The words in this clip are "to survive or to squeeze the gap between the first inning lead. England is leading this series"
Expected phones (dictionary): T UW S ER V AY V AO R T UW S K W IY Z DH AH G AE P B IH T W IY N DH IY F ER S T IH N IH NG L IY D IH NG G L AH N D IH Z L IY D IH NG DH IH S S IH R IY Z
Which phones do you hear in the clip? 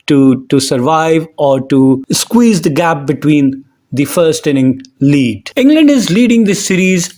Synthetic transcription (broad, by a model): T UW S ER V AY V AO R T UW S K W IY Z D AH G AE P B IH T W IY N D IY F ER S T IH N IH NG L IY D IH NG G L AH N D IH Z L IY D IH NG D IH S S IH R IY Z